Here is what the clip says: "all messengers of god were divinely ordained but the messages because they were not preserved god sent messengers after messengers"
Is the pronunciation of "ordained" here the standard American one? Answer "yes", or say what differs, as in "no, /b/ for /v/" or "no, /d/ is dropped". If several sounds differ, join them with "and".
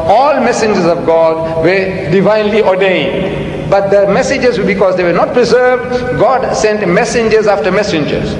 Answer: yes